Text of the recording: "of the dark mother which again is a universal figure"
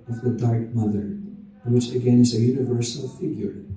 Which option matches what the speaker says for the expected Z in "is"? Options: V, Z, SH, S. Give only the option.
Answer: Z